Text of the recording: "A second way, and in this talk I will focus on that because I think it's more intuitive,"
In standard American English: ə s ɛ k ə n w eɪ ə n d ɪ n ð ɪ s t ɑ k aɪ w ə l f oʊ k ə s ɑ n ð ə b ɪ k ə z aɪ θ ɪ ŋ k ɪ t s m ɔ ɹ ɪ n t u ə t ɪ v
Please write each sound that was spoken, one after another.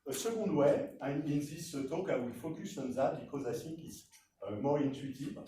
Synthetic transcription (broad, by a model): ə s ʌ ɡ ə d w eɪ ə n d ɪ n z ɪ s t ɑ k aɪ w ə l f oʊ k ə s ɑ n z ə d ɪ k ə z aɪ s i k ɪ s m ɔ ɹ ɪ n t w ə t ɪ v